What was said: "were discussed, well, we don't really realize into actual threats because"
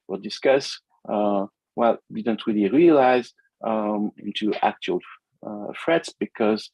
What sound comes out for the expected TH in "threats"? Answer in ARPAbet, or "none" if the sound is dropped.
F